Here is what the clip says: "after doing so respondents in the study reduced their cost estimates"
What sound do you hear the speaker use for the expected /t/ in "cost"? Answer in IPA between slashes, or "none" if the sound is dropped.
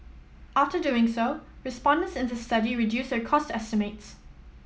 /t/